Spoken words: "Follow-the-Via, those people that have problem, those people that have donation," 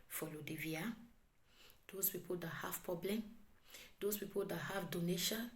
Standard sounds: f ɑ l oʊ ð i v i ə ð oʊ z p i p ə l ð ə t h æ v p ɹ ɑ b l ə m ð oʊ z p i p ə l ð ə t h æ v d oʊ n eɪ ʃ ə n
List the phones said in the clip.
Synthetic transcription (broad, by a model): f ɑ l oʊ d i v i ə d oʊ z p i p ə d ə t h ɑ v p ɹ ɑ b l ə m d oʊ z p i p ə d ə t h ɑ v d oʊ n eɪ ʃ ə n